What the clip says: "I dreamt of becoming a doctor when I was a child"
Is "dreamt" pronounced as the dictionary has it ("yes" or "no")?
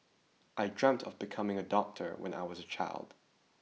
yes